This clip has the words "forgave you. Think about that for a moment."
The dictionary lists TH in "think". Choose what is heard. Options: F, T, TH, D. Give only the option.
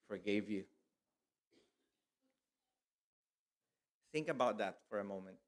TH